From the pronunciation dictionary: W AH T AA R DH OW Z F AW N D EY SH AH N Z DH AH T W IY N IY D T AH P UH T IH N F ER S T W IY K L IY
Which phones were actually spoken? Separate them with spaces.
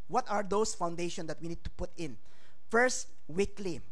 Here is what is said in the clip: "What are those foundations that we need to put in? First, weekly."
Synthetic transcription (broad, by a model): W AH T AA R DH OW S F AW N D EY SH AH N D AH T W IY N IY D T AH P UH T IH N F ER S T W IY K L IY